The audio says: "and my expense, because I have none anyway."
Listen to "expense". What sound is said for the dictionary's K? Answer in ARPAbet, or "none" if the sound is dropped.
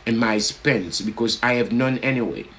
none